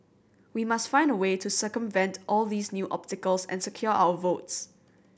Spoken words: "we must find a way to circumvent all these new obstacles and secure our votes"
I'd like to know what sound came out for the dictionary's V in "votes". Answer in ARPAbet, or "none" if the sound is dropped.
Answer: V